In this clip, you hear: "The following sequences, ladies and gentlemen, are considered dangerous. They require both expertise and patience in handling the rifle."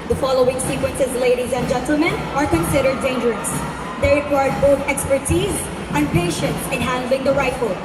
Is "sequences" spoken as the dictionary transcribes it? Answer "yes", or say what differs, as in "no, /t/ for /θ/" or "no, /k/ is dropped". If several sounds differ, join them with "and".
yes